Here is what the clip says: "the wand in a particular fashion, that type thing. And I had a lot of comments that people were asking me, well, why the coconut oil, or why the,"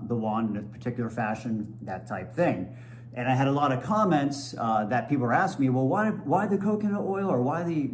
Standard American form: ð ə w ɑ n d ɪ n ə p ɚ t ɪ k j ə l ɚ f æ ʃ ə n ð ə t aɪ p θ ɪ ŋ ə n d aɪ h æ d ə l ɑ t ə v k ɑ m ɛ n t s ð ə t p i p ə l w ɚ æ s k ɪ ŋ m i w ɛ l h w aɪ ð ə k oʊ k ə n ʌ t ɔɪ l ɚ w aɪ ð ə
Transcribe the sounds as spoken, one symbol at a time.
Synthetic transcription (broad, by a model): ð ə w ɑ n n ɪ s p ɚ t ɪ k j l ɚ f æ ʃ ə n ð ə t aɪ p θ ɪ ŋ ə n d aɪ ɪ d ə l ɑ t ə v k ɑ m ɛ n t s ð ə t p i p l æ s k m i w ɛ l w w aɪ ð ə k oʊ k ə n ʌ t ɔɪ l ɚ w aɪ ð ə